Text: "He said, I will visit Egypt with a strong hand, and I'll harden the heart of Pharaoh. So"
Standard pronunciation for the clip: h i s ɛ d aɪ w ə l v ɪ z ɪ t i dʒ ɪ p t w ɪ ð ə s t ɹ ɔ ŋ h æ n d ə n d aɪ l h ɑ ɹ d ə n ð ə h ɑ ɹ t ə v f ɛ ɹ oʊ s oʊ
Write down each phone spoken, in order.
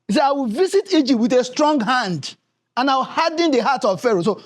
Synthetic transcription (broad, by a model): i s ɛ aɪ w ə l v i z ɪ t i dʒ ɪ p t w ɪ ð ə s t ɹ ɔ ŋ h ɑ n d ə n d aɪ w h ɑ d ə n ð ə h ɑ t ə v f ɛ ɹ oʊ s oʊ